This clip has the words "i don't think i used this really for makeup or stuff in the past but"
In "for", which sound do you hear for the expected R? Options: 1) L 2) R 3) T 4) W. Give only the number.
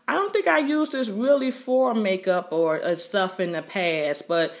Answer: 2